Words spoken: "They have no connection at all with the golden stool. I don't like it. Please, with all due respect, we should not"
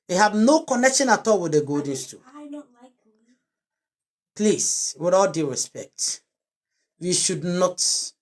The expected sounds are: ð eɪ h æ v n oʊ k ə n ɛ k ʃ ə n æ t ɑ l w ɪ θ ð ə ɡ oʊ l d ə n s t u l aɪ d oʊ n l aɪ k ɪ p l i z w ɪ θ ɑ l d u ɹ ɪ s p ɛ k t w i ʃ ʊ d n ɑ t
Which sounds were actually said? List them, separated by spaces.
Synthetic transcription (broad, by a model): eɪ h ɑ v n oʊ k ə n ɛ k ʃ ə n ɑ t ɑ l w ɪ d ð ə ɡ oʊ d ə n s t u p l i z w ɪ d ɑ l d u ɹ ɪ s p ɛ k t w i ʃ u d n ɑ t